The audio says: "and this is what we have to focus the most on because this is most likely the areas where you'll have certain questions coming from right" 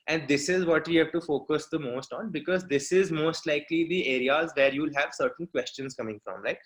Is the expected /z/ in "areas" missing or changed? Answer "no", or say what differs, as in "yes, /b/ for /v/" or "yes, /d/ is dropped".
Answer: no